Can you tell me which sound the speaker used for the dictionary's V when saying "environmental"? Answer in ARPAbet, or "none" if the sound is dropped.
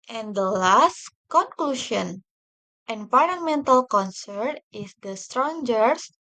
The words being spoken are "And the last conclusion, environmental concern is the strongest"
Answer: P